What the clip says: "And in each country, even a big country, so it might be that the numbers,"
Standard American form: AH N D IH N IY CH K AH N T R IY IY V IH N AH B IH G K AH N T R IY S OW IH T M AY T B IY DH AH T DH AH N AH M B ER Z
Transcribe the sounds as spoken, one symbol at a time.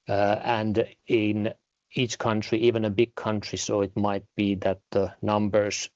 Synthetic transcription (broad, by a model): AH N D IH N IY CH K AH N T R IY IY V IH N AH B IH G K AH N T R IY S OW IH T M AY T B IY DH AH T DH AH N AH M B ER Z